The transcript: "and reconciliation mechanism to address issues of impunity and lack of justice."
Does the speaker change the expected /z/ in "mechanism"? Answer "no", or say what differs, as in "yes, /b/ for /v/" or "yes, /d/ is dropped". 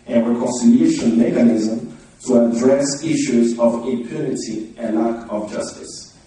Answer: no